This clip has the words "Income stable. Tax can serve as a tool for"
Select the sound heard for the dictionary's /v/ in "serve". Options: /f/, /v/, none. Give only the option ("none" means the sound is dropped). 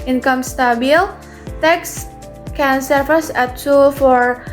/f/